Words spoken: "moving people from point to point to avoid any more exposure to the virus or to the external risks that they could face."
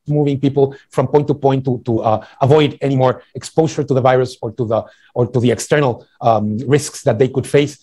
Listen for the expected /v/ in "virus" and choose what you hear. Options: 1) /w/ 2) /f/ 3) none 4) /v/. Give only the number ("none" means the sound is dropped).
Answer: 4